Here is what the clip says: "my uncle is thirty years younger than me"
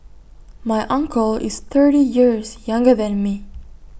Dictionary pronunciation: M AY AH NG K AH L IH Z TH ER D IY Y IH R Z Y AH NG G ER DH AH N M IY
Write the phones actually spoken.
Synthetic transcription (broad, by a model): M AY AH NG K AH L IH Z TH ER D IY Y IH R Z Y AH NG G ER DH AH N M IY